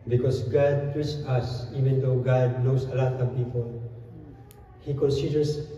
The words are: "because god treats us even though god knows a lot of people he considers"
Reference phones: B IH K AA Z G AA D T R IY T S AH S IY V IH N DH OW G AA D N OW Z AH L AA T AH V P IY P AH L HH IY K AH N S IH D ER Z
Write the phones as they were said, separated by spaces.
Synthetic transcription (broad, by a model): B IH K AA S G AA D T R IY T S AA S IY V IH N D OW G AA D N OW S AH L AA T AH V P IY P AH L HH IY K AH N S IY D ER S